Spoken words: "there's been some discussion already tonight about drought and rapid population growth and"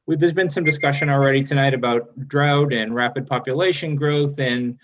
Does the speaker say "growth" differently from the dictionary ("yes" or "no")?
no